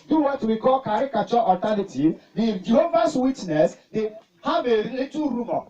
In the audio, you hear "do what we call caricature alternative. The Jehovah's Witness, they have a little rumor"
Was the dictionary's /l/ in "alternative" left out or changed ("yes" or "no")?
yes